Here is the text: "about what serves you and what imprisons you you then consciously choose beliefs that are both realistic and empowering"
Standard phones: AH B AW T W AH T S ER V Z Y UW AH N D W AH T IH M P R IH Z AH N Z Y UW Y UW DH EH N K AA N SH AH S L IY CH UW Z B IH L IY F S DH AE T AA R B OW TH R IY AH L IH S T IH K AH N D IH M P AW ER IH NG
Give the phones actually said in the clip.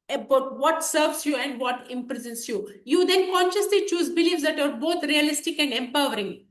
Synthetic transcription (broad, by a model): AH B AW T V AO T S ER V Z Y UW AH N D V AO T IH M P R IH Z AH N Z Y UW Y UW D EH N K AA N SH AH S L IY CH UW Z B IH L IY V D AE T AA R B OW T R IY AH L IH S T IH K AH N D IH M P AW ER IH NG